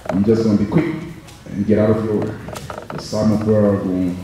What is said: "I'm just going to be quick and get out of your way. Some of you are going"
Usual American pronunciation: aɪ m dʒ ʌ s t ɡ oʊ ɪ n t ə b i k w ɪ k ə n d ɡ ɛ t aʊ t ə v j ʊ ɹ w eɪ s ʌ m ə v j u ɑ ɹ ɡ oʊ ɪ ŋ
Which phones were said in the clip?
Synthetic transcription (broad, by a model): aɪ m dʒ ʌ s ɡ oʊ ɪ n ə b i k w ɪ k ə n ɡ ɛ t aʊ t ə v j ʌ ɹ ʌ s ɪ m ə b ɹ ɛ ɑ l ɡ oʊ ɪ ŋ